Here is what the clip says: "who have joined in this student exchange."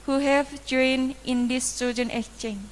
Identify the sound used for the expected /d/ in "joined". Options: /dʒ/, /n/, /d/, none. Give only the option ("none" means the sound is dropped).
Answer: none